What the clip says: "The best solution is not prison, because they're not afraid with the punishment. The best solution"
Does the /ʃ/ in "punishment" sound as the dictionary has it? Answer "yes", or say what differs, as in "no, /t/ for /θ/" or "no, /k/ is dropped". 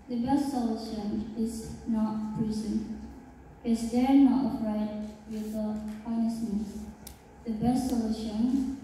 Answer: no, /s/ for /ʃ/